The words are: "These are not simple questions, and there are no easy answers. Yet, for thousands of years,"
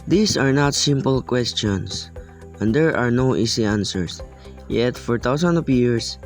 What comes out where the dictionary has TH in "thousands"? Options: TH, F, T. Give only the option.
T